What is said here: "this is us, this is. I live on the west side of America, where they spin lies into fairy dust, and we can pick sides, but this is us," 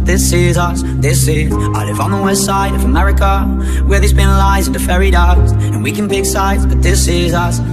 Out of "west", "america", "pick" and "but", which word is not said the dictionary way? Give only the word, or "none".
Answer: pick